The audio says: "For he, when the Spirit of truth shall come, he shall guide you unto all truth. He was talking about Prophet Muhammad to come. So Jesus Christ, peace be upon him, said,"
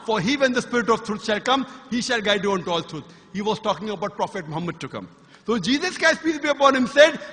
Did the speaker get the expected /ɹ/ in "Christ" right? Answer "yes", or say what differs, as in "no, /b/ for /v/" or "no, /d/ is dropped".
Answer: no, /ɹ/ is dropped